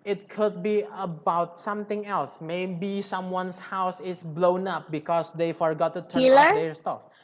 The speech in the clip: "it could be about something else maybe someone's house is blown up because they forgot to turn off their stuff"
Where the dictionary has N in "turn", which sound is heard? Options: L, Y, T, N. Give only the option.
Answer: L